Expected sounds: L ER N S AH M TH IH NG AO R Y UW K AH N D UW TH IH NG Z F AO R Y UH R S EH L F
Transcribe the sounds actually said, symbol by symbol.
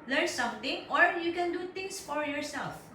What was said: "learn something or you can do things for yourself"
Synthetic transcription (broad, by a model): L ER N S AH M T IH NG AO R Y UW K AH N D UW T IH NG S F AO R Y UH R S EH L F